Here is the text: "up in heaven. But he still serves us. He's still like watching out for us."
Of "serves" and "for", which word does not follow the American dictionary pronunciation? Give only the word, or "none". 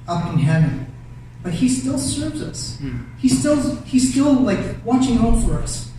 none